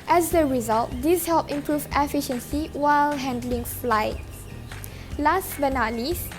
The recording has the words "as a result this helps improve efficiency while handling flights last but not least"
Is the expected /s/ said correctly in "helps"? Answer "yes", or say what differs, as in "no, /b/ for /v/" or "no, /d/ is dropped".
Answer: no, /s/ is dropped